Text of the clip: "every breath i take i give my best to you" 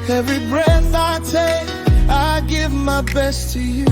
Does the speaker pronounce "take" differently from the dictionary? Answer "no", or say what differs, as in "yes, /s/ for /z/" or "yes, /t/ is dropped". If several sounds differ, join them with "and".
yes, /k/ is dropped